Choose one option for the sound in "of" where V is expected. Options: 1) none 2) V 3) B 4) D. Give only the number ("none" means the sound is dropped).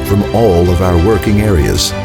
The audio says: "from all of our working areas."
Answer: 2